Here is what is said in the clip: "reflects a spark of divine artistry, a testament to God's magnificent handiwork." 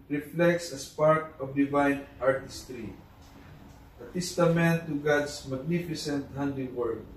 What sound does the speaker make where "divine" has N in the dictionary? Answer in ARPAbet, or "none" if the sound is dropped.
N